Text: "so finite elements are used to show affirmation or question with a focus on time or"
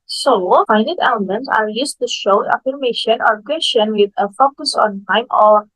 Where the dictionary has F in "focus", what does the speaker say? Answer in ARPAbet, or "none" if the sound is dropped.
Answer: F